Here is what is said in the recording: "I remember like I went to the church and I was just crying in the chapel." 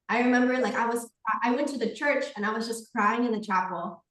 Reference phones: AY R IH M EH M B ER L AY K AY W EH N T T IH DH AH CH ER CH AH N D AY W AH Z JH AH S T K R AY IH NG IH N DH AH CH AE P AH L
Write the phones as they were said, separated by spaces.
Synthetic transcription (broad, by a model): AY R IH M EH M B ER L AY K AY W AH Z T T IH DH AH CH ER CH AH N AY W AH Z JH AH S K R AY IH NG IH N DH AH CH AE P L